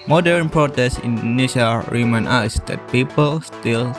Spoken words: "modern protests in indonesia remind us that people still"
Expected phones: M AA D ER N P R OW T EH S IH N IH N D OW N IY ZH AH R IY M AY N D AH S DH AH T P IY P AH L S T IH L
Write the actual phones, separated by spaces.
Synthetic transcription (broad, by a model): M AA D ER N P R OW T EH S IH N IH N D N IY SH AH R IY M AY N AA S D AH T P IY P AH L S T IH L